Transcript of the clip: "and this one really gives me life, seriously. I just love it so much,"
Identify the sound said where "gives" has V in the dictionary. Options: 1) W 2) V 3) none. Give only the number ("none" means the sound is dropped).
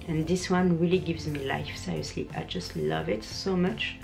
2